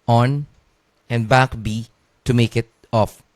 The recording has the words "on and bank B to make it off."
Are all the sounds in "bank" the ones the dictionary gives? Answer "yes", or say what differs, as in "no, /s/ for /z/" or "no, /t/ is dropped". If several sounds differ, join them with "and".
no, /ŋ/ is dropped